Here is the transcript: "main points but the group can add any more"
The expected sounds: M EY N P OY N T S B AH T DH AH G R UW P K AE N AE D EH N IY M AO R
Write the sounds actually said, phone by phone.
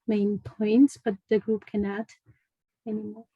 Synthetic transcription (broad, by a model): M EY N P OY N T S B AH T DH AH G R UW P K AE N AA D EH N IY M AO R